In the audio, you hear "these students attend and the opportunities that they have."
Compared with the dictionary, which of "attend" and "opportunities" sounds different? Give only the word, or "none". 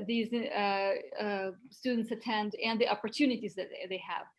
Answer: none